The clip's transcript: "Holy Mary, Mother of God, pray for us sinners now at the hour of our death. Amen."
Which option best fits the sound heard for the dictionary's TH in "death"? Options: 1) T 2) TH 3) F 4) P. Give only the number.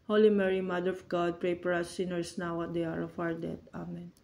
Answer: 1